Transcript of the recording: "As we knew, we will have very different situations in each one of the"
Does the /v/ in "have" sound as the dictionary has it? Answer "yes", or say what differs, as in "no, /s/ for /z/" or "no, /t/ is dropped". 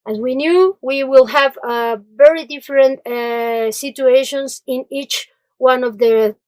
yes